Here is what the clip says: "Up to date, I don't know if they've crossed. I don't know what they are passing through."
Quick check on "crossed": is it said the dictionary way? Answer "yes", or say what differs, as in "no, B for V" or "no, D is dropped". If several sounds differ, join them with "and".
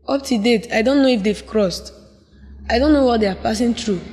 yes